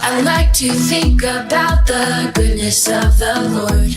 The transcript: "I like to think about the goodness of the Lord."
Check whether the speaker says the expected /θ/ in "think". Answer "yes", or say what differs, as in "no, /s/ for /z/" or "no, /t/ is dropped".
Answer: yes